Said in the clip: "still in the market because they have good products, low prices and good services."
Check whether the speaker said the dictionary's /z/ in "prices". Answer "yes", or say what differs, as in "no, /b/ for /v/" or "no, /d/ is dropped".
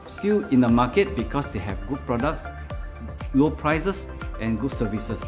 no, /s/ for /z/